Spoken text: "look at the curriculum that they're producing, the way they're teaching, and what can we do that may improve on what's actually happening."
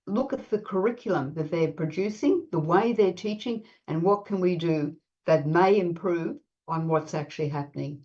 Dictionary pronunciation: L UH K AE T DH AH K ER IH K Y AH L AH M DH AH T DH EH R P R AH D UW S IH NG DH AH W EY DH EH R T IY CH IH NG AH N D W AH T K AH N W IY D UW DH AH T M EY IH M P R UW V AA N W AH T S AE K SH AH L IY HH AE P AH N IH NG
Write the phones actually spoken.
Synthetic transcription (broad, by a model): L UH K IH T DH AH K ER IH K Y L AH M DH AH T DH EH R P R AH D UW S IH NG DH AH W EY DH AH R T IY CH IH NG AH N W AH T K AH N W IY D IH DH AH T M EY IH M P R UW V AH N W AH T S AE K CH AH L IY HH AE P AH N IH NG